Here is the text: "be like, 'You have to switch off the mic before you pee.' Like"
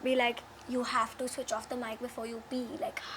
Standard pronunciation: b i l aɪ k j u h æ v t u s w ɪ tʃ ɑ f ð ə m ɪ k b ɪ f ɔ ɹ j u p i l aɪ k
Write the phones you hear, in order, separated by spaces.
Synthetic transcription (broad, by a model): b i l aɪ k j u h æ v t u s w ɪ tʃ ɑ f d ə m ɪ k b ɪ f ɔ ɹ j u b i l aɪ k